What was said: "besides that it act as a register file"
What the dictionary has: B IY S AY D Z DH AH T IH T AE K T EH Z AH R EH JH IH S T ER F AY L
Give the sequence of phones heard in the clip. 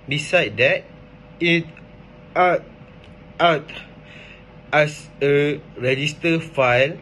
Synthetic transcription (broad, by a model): B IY S AY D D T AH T IH T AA T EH S AH R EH JH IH S T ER F AY L